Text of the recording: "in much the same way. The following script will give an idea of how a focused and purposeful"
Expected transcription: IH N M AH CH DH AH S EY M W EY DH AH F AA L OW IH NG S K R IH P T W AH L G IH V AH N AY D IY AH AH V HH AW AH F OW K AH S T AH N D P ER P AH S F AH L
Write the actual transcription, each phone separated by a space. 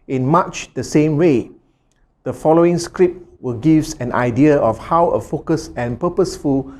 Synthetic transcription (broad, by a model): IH N M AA CH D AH S EY M W EY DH AH F AA L OW IH NG S K R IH P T W AH L G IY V AH N AY D IY AH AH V HH AW AH F OW K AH S AH N P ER P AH S F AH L